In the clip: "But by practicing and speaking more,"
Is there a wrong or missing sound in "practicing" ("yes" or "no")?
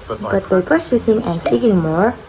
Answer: yes